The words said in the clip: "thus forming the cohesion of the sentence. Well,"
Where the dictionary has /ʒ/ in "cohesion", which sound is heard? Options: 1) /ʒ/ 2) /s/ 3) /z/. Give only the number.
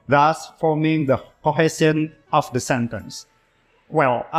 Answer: 2